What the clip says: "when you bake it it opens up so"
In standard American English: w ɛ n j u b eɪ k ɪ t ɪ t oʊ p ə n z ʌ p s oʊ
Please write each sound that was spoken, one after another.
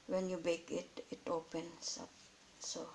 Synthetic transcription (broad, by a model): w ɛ n j u b eɪ k ɪ t ɪ t oʊ p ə n s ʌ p s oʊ